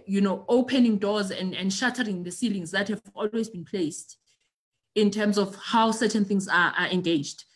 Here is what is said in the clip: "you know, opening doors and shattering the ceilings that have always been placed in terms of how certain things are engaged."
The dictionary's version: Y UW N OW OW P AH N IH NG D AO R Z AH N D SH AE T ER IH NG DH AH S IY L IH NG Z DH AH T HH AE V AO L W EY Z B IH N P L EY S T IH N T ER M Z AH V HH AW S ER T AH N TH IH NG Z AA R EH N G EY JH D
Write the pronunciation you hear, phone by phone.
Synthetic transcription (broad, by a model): Y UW N OW OW P AH N IH NG D AO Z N AH N D SH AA T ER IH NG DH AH S IY L IH NG Z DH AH T HH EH V AO L W EY Z B IH N P L EY S T IH N T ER M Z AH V HH AW S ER T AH N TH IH NG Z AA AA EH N G EY JH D